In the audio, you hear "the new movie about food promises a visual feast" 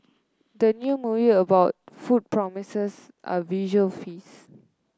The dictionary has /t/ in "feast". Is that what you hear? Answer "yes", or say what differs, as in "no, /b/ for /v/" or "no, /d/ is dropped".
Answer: no, /t/ is dropped